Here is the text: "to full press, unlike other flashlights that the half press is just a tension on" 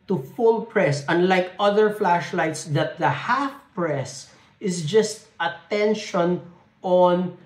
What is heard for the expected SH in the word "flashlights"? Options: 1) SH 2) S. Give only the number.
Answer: 1